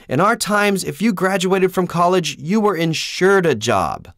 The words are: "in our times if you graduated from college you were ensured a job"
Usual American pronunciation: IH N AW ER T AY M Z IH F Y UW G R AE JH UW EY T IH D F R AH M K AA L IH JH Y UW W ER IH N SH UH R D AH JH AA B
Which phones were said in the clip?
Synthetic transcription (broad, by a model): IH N AW ER T AY M Z IH F Y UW G R AE JH UW EY T IH D F R AH M K AA L IH JH Y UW W ER IH N SH UH R D AH JH AA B